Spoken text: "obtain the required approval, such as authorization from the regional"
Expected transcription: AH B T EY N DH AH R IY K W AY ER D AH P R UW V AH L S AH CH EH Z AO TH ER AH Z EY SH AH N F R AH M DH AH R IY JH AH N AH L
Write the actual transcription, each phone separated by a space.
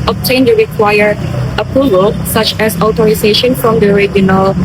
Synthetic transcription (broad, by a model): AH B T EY N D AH R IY K W AY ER AH P R UW V AH L S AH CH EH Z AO T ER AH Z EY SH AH N F R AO M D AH R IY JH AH N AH L